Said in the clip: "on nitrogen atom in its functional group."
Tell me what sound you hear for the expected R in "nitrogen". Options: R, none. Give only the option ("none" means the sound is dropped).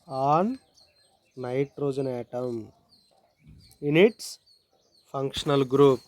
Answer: R